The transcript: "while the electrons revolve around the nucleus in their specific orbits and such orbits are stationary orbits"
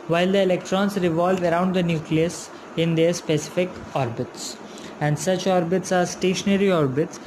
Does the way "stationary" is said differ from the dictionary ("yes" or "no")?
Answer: no